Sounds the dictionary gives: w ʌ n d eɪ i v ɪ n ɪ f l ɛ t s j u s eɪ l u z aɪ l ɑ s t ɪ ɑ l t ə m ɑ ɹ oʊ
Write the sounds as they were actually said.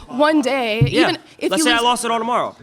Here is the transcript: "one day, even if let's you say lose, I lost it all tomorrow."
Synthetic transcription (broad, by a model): w ʌ n d eɪ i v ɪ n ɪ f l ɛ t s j s eɪ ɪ aɪ l ɑ s t ɪ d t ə m ɑ ɹ oʊ